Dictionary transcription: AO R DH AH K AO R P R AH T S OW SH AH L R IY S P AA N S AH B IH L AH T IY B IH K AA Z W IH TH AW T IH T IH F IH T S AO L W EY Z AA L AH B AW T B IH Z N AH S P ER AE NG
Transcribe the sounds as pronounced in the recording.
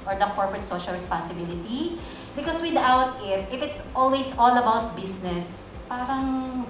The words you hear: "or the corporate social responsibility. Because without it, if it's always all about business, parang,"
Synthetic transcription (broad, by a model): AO R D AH K AO R P R AH T S OW SH AH L R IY S P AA N S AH B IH L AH T IY B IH K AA S W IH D AW T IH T IH F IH T S AO L W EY S AA L AH B AW T B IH S N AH S P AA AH NG